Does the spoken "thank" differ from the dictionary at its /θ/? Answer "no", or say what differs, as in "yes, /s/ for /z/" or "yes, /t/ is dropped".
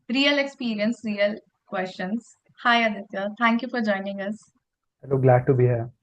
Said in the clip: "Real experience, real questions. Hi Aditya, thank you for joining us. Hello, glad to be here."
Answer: yes, /t/ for /θ/